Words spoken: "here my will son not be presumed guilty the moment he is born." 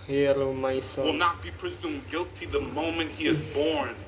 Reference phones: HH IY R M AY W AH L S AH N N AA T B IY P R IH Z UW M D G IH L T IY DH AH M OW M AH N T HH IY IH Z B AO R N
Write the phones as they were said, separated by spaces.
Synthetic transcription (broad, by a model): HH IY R M AY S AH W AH L N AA T B IY P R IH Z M G IH L T IY DH AH M OW M AH N T HH IY IH Z B AO R N